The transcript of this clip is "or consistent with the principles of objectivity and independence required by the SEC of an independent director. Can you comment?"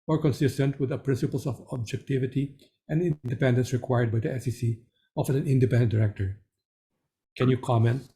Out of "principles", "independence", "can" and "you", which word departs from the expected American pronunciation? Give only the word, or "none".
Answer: principles